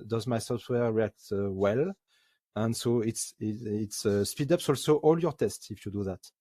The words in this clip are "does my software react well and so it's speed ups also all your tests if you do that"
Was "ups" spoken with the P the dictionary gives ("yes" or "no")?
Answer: yes